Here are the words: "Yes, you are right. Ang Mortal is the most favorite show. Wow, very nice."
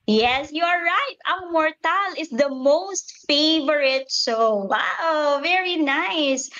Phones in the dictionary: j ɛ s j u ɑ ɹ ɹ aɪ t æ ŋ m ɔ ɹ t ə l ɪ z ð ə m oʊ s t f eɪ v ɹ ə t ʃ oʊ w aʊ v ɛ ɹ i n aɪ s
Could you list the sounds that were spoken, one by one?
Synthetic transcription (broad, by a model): j ɛ s j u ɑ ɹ ɹ aɪ t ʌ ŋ m ɔ ɹ t ə l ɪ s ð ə m oʊ s t f eɪ v ɹ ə t s oʊ w aʊ v ɛ ɹ i n aɪ s